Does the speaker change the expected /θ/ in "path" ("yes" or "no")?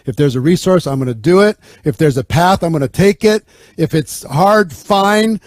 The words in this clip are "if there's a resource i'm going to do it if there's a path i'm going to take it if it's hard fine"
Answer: no